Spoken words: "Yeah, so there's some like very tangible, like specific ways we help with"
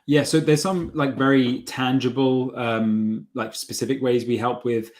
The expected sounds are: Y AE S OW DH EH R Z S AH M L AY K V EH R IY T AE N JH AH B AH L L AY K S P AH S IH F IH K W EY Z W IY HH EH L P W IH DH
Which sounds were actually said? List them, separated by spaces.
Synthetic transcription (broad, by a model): Y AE S OW DH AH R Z S AH M L AY K V EH R IY T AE N JH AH B AH L L AY K S P AH S IH F IH K W EY Z W IY HH EH L P W IH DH